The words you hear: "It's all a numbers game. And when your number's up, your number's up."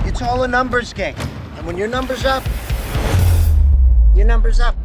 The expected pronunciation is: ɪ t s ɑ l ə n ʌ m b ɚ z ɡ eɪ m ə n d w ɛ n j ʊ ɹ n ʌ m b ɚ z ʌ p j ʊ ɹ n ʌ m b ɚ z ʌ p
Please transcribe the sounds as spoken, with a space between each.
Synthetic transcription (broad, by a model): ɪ t s ɑ l ə n ʌ m b ɚ z ɡ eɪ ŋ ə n w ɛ n j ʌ ɹ n ʌ m b ɚ z ʌ p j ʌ ɹ n ʌ m b ɚ z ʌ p